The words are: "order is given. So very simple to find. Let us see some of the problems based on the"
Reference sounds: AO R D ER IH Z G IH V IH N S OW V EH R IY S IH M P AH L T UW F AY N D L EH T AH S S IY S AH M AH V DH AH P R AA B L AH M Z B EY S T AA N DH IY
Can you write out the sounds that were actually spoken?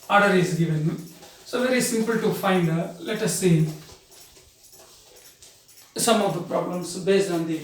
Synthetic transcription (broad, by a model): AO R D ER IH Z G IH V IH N S OW V EH R IY S IH M P AH L T UW F AY N D L EH T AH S S IY S AH M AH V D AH P R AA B L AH M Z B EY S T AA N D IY